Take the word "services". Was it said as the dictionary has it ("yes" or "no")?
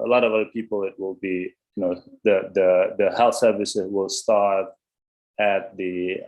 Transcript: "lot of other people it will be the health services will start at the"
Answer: yes